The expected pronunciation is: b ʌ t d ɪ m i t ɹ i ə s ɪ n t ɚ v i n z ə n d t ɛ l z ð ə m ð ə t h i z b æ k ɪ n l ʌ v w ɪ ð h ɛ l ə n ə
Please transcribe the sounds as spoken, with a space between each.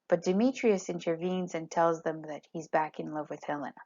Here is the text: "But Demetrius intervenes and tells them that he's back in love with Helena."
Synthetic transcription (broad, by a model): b ʌ t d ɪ m i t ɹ i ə s ɪ n t ɚ v i n z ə n t ɛ l z ð ə m ð ə t h i z b æ k ɪ n l ʌ v w ɪ ð h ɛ l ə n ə